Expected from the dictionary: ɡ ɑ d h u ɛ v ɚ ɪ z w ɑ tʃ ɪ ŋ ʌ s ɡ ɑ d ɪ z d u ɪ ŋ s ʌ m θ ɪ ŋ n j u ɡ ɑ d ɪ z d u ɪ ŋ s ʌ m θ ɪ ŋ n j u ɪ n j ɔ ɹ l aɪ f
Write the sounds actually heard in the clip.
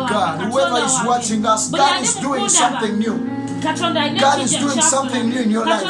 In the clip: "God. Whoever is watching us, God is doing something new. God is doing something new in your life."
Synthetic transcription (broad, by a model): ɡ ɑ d h u ɛ v ɚ ɪ z w ɑ tʃ ɪ ŋ ʌ s ɡ ɑ d ɪ z d u ɪ ŋ s ʌ m θ ɪ ŋ n j u ɡ ɑ d ɪ z d u ɪ ŋ s ʌ m θ ɪ ŋ n j u ɪ n j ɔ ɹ l aɪ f